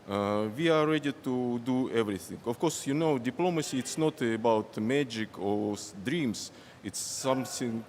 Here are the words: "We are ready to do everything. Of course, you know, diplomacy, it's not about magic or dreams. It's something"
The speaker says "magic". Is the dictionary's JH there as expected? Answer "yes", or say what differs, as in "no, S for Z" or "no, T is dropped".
yes